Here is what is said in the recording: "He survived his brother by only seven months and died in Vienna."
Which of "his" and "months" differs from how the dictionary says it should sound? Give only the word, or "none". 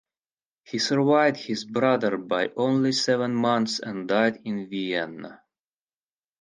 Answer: none